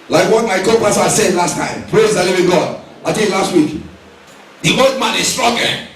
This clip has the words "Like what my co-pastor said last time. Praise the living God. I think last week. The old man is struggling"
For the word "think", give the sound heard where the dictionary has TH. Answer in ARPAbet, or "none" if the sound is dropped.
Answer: T